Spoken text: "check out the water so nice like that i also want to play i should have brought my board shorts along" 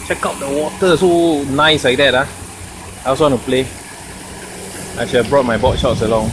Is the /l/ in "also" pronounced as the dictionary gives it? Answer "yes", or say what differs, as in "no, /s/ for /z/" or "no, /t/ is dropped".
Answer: no, /w/ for /l/